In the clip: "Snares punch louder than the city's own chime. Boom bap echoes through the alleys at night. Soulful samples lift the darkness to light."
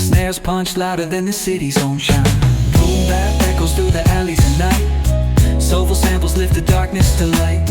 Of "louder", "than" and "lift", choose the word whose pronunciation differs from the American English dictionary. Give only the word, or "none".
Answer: none